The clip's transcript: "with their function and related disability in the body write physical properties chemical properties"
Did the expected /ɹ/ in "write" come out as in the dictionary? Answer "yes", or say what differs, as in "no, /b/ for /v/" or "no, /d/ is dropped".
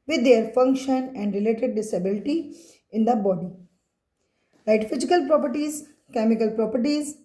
no, /l/ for /ɹ/